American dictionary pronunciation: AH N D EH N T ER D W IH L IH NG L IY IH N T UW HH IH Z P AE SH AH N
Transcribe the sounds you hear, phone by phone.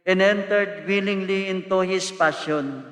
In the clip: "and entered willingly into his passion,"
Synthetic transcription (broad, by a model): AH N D EH N T ER D W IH L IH NG L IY IH N T UW HH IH S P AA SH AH N